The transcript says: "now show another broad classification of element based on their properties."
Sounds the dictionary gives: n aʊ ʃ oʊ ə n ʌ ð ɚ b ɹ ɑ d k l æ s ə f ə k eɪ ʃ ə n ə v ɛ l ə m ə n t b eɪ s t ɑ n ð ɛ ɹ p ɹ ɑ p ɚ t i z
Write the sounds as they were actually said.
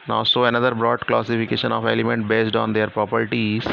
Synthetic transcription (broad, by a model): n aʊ s oʊ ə n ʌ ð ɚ b ɹ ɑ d k l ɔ s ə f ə k eɪ ʃ ə n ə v ɛ l ə m ə n t b eɪ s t ɑ n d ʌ ɹ p ɹ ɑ p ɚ t i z